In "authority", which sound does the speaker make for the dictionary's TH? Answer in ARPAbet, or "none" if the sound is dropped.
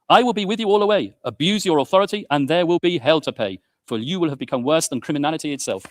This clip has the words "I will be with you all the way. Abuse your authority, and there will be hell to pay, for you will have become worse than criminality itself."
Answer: TH